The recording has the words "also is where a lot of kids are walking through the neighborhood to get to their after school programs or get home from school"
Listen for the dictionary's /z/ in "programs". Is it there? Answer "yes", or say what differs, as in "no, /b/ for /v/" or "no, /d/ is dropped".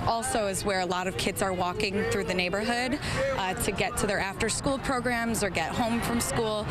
yes